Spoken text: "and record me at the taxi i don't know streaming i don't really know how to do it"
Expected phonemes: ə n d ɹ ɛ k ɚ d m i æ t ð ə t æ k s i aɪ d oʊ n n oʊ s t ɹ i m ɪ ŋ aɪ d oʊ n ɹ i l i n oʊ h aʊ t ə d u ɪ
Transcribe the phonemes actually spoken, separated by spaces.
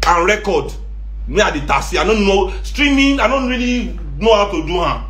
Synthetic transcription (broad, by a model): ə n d ɹ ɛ k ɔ d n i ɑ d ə t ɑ s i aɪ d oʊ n n oʊ s t ɹ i m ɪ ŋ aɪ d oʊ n ɹ i l i n oʊ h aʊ t ə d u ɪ